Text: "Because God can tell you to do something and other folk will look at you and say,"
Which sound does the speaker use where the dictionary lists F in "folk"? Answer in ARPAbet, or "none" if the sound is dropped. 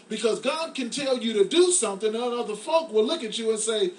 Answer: F